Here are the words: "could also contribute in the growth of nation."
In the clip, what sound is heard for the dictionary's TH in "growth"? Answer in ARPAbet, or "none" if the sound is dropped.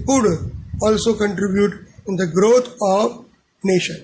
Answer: T